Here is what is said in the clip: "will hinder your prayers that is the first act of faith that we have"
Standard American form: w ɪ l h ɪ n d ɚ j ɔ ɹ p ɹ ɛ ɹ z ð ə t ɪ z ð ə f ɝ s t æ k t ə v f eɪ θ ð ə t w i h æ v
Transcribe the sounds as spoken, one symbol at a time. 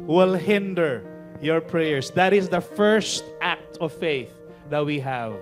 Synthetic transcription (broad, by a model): w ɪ l h ɪ n d ɚ j ɔ ɹ p ɹ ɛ ɹ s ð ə t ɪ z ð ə f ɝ s t æ k t ə v f eɪ θ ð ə t w i h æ v